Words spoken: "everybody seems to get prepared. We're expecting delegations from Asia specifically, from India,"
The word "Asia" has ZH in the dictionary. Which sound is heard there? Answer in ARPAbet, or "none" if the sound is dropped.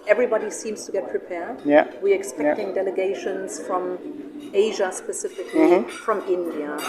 ZH